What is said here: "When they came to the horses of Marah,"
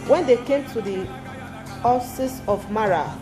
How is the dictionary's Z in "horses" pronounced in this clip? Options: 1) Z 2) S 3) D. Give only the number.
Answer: 2